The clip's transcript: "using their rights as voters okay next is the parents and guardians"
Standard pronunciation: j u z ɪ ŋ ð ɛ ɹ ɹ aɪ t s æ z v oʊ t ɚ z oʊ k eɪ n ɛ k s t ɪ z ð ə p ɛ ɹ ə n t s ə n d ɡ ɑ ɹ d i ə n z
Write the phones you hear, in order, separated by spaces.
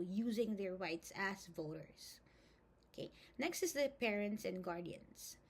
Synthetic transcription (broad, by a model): j u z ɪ ŋ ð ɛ ɹ ɹ aɪ t s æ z v oʊ t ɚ s oʊ k eɪ n ɛ k s t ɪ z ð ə p ɛ ɹ ə n t s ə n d ɡ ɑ ɹ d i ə n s